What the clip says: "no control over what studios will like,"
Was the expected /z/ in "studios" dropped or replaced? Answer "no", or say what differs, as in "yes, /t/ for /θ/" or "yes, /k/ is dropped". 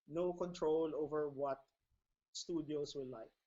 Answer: yes, /s/ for /z/